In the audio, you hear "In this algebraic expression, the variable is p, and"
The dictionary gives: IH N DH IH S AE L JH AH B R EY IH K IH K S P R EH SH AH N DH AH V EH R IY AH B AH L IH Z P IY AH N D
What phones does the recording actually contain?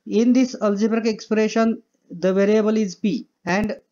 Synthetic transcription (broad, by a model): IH N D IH S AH L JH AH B R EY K IH K S P R EH SH AH N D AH V EH R IY AH B AH L IH Z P IY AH N D